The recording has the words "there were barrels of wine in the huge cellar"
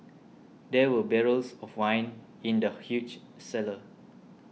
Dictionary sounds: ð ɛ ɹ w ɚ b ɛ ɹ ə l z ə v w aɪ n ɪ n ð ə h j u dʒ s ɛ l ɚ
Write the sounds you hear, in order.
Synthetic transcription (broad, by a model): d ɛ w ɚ b ɛ ɹ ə l s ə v w aɪ n ɪ n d ə h j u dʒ s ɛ l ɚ